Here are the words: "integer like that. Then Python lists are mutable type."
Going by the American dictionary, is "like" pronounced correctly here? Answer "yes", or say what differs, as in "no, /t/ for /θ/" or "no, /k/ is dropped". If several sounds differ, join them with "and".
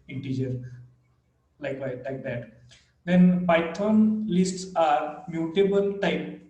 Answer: yes